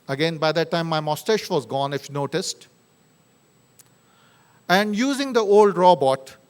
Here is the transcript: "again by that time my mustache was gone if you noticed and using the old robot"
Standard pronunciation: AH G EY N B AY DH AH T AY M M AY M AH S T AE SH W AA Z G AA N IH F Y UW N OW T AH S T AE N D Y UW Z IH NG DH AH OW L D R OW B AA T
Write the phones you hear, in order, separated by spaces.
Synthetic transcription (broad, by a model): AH G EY N B AY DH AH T AY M M AY M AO S T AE SH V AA Z G AA N IH F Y N OW T AH S T AE N D Y UW Z IH NG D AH OW L D R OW B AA T